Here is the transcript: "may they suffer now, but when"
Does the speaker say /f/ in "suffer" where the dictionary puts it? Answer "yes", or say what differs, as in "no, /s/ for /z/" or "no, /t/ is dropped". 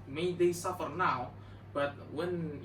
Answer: yes